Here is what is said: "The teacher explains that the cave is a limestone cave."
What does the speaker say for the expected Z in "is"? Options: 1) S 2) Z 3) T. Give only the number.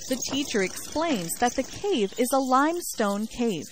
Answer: 2